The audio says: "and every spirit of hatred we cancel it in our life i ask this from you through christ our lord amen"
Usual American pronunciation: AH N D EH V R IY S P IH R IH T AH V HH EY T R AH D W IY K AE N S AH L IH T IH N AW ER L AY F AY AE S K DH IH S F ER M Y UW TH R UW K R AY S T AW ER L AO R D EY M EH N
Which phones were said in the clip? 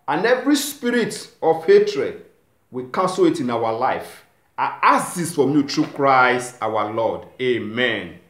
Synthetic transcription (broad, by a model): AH N EH V R IY S P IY R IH T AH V HH EY T R AH D W IY K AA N S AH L IH T IH N AW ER L AY F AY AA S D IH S F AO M Y UW T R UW K R AY S T AW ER L AO D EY M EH N